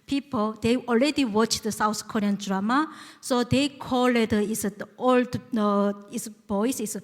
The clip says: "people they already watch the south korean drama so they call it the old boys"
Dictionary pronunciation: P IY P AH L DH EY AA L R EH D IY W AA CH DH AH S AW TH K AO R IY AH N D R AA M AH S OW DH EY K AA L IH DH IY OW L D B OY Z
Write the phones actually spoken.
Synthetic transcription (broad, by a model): P IY P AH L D EY AA L R EH D IY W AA CH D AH S AW T K AO R IY AH N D R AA M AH S OW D EY K AA L IH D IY OW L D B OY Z